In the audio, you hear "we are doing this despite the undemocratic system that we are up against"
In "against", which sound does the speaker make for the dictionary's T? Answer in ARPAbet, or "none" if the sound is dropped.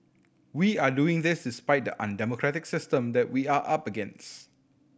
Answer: none